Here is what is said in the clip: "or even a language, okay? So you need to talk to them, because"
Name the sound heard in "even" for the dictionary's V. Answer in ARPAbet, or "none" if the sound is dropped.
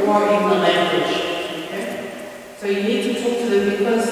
none